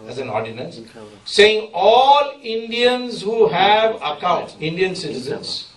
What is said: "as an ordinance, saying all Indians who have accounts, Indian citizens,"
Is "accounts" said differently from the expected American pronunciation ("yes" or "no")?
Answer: yes